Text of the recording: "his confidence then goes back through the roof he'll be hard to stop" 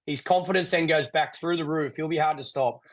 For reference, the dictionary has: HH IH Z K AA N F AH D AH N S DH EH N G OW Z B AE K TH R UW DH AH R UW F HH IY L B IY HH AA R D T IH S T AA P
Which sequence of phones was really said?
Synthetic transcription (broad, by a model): HH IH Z K AA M F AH D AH N S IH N G OW Z B AE K TH R UW DH AH R UW F HH IY L B IY HH AA R D T IH S T AA P